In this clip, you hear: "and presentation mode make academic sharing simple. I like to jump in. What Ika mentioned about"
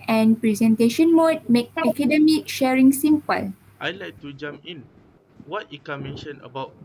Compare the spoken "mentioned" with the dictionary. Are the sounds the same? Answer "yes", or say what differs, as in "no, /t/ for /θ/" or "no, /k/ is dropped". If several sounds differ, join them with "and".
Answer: no, /d/ is dropped